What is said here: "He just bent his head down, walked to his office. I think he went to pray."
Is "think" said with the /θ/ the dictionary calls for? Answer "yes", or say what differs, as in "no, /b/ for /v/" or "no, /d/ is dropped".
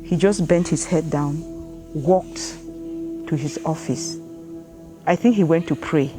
yes